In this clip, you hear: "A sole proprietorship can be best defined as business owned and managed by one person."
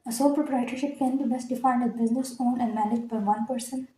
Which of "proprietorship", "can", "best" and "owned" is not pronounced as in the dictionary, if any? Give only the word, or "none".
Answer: owned